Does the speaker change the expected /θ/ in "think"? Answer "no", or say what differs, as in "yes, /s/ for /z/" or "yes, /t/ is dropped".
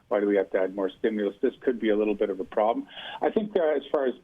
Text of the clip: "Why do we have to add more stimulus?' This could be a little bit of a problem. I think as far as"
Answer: no